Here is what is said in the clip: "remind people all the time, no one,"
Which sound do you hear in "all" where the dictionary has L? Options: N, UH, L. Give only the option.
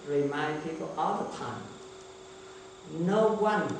L